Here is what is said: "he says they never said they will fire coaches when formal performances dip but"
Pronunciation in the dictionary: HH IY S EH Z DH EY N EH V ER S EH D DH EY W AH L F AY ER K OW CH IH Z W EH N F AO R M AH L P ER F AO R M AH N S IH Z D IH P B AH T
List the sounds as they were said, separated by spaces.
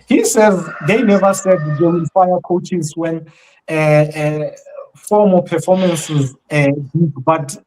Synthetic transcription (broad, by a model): HH IY S EH Z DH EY N EH V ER S EH D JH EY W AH N F AY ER K OW CH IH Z W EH N F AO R M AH P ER F AO M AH N S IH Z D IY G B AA T